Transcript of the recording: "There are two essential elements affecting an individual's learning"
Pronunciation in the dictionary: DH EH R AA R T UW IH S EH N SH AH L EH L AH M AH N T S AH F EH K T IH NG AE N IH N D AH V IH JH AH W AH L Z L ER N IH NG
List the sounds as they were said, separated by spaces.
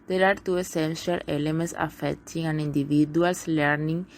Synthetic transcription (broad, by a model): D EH R AA R T UW IH S EH N SH AH L EH L AH M AH N T S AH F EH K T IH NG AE N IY N D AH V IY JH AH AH L S L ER N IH NG